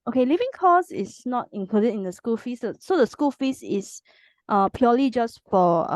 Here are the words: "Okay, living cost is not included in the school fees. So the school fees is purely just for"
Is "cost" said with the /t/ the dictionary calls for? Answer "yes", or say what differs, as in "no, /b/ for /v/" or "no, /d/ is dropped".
no, /t/ is dropped